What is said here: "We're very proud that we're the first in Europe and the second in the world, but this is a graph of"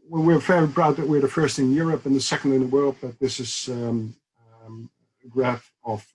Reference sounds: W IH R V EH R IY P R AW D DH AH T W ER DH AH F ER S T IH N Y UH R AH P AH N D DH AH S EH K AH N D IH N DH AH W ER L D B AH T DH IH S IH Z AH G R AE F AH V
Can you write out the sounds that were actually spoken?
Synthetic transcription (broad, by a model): W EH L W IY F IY B R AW D DH AH T W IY DH AH F ER S T IH N Y UH R AH P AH N DH AH S EH K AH N D IH N DH AH W ER L D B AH T DH IH S IH Z AH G R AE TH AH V